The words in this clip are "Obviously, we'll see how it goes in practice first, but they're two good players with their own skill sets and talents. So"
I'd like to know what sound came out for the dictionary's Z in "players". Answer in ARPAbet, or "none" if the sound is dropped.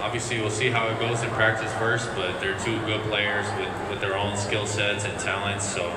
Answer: Z